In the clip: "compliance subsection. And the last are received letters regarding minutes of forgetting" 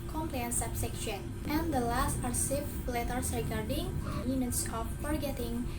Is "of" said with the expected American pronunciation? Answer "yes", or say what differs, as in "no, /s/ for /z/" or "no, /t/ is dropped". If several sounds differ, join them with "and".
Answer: no, /p/ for /v/